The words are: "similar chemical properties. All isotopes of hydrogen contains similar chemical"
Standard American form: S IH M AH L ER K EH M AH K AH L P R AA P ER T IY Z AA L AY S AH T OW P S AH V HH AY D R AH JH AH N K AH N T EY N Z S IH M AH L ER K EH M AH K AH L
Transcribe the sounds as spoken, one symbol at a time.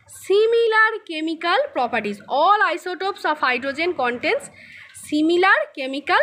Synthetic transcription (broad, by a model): S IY M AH L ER K EH M AH K AH L P R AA P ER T IY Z AA L AY S AH T OW P S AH P HH AY D R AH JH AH N K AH N T EY N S S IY M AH L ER K EH M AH K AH L